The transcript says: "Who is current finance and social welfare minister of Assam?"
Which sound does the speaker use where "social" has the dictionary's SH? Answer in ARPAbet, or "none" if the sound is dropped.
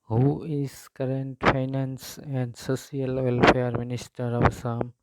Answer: S